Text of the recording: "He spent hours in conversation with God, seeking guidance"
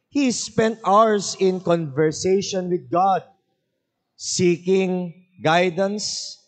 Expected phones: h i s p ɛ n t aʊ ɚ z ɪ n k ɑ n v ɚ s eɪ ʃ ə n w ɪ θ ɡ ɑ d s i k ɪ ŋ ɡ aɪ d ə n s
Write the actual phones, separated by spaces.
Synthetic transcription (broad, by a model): h i s p ɛ n t aʊ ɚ s ɪ n k ɑ n v ɚ s eɪ ʃ ə n w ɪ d ɡ ɑ d s i k ɪ ŋ ɡ aɪ d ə n s